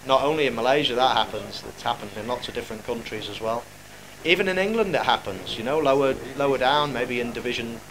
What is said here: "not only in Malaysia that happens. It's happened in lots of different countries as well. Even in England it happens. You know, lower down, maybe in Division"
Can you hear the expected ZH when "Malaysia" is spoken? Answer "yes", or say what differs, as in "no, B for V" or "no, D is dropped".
yes